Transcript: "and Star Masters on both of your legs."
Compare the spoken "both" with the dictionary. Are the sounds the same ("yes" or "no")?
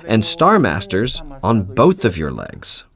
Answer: yes